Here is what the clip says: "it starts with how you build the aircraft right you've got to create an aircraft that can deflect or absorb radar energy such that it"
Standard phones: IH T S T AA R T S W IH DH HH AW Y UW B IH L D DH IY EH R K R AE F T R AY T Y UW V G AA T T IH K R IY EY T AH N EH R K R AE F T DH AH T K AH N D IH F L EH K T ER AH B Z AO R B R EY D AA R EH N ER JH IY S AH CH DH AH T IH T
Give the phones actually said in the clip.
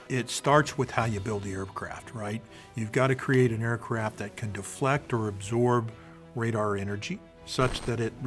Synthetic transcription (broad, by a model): IH T S T AA R T S W IH DH HH AW Y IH B IH L D DH IY EH R K R AE F T R AY T Y UW V G AA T T IH K R IY EY T AH N EH R K R AE F T DH AH T K AH N D IH F L EH K T ER AH B Z AO R B R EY D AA R EH N ER JH IY S AH CH DH AH T IH T